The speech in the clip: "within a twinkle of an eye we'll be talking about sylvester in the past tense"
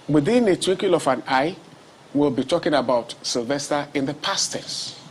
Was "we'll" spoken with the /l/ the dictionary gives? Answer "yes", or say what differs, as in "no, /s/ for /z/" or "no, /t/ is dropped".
yes